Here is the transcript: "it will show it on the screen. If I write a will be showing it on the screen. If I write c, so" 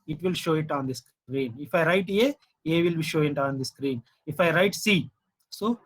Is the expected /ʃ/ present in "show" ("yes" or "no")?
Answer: yes